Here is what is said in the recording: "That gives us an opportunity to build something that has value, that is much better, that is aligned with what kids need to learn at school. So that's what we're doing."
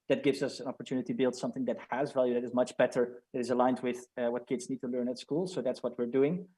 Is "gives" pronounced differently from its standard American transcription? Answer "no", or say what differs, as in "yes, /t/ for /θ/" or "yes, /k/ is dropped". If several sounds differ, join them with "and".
no